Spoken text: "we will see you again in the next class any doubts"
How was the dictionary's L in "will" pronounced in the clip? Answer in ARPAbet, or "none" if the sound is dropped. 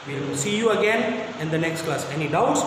N